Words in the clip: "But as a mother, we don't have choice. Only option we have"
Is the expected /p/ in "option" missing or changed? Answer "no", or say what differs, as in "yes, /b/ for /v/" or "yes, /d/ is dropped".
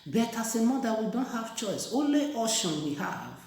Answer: yes, /p/ is dropped